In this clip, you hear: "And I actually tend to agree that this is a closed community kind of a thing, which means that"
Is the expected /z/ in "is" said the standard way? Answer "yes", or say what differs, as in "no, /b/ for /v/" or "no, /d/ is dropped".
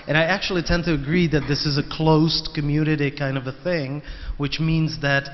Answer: yes